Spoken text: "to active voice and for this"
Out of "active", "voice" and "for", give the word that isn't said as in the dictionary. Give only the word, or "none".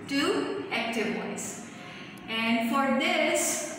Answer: voice